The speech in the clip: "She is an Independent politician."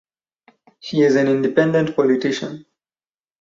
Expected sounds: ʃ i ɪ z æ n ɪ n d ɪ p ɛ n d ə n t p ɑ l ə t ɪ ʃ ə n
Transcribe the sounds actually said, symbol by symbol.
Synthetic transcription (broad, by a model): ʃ i ɪ z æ n ɪ n d ɪ p ɛ n d ə n t p ɑ l ə t ɪ ʃ ə n